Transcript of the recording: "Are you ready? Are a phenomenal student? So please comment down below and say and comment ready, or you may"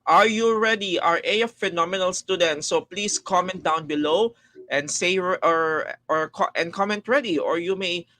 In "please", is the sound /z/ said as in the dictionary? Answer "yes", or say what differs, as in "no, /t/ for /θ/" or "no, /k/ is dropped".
no, /s/ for /z/